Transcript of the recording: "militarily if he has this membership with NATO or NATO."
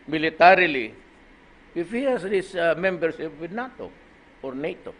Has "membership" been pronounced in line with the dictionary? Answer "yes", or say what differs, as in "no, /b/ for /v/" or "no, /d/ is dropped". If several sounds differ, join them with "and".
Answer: no, /s/ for /ʃ/